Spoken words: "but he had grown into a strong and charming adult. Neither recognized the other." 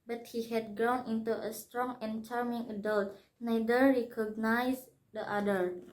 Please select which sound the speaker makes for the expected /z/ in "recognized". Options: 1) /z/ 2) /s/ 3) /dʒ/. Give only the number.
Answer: 2